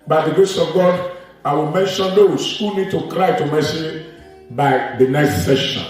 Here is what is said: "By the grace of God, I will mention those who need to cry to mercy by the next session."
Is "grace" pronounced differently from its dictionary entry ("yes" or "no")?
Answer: yes